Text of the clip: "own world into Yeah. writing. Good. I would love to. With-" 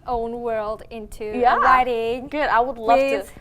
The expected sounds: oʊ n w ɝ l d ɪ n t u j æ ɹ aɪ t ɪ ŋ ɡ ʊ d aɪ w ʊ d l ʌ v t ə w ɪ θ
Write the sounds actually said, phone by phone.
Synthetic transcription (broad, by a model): oʊ n w ɝ l d ɪ n t u j æ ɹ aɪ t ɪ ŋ ɡ ʊ d aɪ w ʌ d l ʌ v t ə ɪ